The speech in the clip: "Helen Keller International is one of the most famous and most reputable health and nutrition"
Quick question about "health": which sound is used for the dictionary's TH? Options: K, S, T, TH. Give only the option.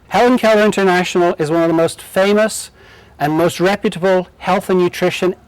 TH